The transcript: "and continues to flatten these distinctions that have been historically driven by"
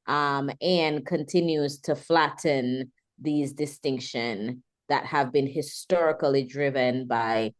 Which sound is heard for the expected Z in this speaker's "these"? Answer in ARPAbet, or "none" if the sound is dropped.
Z